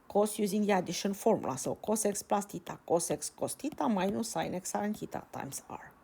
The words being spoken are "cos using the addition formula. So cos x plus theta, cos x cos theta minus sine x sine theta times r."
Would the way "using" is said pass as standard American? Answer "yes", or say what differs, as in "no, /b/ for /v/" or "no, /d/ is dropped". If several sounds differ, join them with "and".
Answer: yes